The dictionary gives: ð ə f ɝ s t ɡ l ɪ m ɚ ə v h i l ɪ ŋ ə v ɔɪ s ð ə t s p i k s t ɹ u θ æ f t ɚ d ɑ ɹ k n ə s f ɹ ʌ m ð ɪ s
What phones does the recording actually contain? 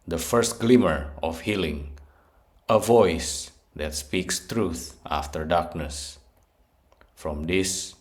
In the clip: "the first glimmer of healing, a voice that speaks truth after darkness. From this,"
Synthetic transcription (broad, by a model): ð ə f ɝ s t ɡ l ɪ m ɚ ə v h i l ɪ ŋ ə v ɔɪ s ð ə t s p i k s t ɹ u θ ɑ f t ɚ d ɑ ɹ k n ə s f ɹ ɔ m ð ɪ s